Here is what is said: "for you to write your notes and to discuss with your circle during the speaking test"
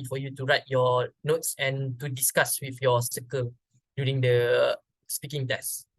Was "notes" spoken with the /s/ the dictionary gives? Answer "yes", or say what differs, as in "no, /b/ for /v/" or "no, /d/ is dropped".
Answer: yes